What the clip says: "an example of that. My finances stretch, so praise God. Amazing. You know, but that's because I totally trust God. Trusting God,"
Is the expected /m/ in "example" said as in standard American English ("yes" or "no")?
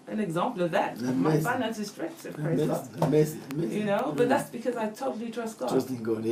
yes